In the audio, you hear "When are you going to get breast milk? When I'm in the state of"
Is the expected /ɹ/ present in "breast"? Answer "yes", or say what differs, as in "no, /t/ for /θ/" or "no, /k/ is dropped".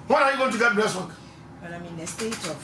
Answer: no, /l/ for /ɹ/